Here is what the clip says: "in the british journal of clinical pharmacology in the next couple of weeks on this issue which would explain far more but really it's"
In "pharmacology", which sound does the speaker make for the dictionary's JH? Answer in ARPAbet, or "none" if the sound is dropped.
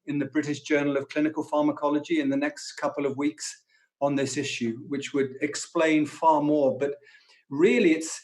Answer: JH